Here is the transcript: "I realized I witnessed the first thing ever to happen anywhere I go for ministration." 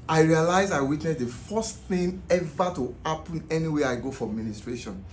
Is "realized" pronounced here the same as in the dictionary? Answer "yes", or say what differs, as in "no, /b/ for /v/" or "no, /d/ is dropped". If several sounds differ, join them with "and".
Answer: no, /d/ is dropped